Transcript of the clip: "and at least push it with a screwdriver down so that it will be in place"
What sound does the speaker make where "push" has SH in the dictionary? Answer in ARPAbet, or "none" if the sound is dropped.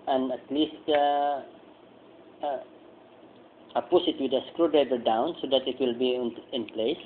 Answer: S